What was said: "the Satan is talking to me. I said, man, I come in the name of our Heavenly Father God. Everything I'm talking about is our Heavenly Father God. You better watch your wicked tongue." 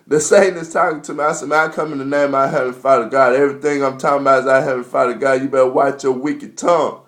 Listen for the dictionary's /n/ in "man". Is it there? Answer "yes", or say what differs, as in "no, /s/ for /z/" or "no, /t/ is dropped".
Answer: no, /n/ is dropped